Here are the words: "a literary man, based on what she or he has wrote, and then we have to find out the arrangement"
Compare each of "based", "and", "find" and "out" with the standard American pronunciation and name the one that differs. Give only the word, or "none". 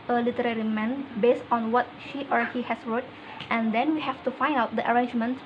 none